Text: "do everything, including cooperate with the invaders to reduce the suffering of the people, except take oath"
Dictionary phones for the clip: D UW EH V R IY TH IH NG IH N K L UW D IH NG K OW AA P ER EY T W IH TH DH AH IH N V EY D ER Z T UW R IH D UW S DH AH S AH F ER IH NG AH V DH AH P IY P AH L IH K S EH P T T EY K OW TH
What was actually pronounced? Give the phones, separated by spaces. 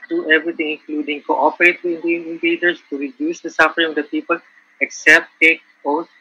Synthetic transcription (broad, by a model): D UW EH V R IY T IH NG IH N K L UW D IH NG K OW AA P ER EY T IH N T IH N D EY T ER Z T UW R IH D UW S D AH S AH F ER IH NG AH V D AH P IY P AH L IH K S EH P T T EY K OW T